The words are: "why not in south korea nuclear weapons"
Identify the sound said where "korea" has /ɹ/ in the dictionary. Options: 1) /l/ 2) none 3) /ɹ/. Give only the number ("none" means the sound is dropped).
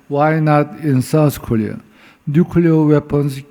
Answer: 1